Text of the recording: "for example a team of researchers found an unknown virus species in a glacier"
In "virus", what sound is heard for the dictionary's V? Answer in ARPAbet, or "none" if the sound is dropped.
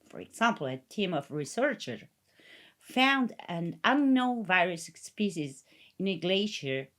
V